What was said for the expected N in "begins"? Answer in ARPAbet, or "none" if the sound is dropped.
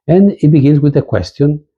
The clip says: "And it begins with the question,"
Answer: L